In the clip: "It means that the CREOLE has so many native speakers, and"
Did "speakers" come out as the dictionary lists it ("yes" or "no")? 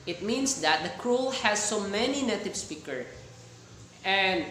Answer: no